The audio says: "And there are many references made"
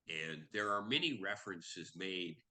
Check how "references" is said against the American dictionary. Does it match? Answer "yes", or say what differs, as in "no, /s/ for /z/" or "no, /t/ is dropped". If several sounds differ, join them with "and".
yes